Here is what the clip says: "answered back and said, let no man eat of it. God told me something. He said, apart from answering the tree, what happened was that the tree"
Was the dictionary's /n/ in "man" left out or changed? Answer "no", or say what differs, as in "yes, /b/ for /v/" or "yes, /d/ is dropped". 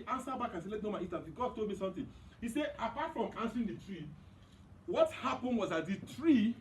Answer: yes, /n/ is dropped